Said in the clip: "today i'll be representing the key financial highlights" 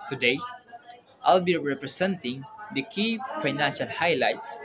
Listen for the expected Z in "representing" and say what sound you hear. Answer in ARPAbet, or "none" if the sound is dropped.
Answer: S